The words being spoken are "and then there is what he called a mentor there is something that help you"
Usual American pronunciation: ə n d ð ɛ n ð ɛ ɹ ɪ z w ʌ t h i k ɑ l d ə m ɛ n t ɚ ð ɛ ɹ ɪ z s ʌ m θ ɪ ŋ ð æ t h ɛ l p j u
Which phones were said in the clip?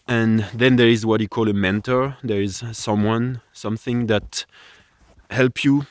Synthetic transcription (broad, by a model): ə n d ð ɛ n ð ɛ ɹ ɪ z w ʌ t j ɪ k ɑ l ə m ɛ n t ɚ ð ɛ ɹ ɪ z s ʌ m θ ɪ ŋ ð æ t h ɛ l p j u